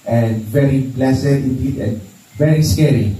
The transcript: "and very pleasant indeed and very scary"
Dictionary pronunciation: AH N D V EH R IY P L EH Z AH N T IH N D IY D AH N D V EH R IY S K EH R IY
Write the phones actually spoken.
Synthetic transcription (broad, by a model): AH N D V EH R IY B L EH S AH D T IH N D IY D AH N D V EH R IY S K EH R IY